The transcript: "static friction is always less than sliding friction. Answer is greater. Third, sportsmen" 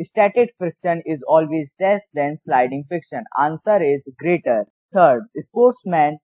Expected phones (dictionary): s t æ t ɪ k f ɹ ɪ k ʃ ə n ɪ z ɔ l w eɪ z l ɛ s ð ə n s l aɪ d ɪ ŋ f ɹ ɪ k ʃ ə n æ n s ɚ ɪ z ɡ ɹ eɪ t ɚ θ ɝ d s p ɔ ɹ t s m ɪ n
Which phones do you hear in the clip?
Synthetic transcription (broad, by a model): s t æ t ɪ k f ɪ k ʃ ə n ɪ z ɔ l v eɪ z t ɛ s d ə n s l aɪ d ɪ ŋ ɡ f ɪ k ʃ ə n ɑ n s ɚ ɪ z ɡ ɹ eɪ t ɚ t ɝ d s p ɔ ɹ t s m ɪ n